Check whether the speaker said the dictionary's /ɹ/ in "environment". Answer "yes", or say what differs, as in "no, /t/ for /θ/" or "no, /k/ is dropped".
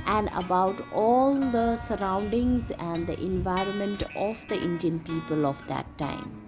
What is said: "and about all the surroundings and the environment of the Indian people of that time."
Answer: yes